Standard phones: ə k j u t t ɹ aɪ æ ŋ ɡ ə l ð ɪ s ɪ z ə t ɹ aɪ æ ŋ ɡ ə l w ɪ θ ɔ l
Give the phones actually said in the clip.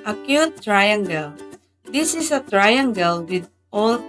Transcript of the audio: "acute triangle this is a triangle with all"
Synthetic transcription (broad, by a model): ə k j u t t ɹ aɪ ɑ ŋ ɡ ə l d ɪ s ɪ s ə t ɹ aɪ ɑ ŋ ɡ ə l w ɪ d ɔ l